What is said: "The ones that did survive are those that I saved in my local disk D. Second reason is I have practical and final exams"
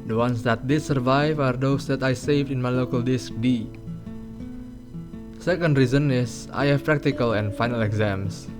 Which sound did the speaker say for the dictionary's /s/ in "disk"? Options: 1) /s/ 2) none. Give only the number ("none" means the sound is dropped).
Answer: 1